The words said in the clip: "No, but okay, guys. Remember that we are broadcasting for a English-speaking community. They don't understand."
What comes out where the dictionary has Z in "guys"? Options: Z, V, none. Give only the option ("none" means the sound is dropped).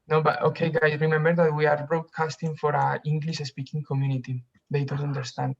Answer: none